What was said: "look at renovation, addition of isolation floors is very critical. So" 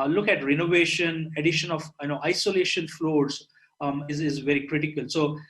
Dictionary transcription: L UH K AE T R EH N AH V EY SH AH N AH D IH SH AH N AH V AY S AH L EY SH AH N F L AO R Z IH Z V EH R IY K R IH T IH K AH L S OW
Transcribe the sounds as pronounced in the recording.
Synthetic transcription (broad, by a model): L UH K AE T R EH N AH V EY SH AH N AH D IH SH AH N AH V AY S AH L EY SH AH N F L AO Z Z IH Z V EH R IY K R IH T IH K AH L S OW